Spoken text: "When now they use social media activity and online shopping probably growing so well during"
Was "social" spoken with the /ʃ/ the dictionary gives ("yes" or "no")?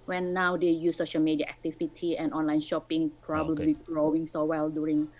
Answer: yes